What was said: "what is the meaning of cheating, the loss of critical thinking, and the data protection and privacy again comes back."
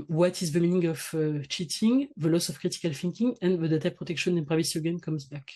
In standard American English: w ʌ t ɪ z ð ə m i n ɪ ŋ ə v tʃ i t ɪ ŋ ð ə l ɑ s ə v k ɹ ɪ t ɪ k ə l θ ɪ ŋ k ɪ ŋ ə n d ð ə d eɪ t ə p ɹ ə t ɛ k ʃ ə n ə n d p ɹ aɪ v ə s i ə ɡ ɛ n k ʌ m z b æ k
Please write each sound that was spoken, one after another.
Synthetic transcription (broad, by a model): w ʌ t ɪ z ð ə m i n ɪ ŋ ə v tʃ i t ɪ ŋ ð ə l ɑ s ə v k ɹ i t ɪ k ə l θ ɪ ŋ k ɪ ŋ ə n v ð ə d eɪ t ə p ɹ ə t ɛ k ʃ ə n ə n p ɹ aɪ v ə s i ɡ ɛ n k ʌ m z b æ k